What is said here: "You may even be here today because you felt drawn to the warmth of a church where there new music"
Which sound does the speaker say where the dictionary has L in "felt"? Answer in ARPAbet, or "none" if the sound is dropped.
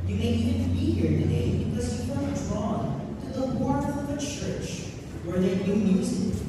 none